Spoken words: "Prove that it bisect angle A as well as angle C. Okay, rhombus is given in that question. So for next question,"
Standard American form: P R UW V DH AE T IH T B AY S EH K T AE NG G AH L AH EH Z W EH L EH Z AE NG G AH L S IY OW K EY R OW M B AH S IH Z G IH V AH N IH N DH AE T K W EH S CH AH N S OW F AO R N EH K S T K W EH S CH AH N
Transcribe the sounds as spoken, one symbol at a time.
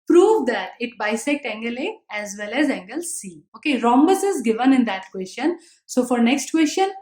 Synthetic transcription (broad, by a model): P R UW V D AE T IH T B AY S EH K T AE NG G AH L AH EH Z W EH L EH Z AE NG G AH L S IY OW K EY R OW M B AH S IH Z G IH V AH N IH N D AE T K W EH S CH AH N S OW F AO R N EH K S T K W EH S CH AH N